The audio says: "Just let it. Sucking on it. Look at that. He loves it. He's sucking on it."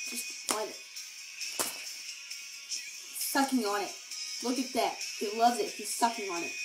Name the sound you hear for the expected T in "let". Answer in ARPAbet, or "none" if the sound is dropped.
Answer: none